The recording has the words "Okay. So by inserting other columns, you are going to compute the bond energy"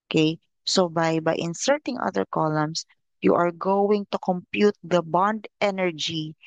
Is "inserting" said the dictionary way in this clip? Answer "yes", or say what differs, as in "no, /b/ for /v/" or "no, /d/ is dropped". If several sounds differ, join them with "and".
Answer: yes